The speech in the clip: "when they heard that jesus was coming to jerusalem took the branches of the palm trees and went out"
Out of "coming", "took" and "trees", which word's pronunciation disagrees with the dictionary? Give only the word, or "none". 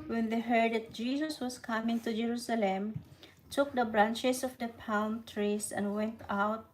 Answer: trees